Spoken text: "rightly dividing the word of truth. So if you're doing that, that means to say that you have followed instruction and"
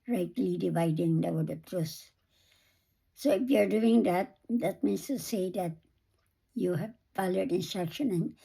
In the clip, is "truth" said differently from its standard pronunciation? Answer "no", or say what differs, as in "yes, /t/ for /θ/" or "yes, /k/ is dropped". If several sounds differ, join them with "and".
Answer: yes, /s/ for /θ/